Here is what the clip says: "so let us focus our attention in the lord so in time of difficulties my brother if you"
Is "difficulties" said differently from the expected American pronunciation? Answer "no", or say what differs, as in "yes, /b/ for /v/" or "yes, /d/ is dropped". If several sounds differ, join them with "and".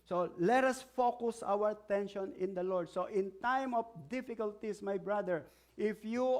yes, /s/ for /z/